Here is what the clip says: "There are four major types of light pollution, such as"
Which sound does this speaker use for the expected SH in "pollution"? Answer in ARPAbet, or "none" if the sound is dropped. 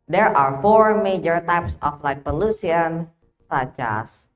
S